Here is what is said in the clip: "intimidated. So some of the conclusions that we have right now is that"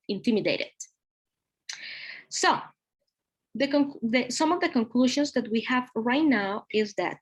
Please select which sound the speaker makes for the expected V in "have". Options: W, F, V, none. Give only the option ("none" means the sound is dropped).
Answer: V